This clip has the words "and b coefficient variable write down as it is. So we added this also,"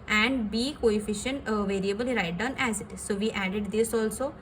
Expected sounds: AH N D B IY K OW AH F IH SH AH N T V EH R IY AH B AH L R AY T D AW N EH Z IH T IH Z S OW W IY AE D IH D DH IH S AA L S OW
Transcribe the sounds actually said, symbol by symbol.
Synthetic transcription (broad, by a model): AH N D B IY K OW AH F IH SH AH N T V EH R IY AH B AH L R AY T D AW N EH Z IH T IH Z S OW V IY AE D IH D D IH S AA L S OW